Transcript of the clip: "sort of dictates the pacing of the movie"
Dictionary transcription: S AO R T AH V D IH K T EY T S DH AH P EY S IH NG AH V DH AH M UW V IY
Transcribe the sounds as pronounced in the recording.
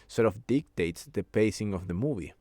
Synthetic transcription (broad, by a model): S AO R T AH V D IH K T EY T S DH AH P EY S IH NG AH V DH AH M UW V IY